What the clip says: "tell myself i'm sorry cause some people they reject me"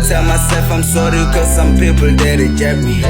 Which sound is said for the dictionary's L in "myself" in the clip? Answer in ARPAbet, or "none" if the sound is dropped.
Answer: none